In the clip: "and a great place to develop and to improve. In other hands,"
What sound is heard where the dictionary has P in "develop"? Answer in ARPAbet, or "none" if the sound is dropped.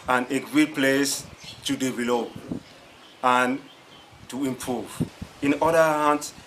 none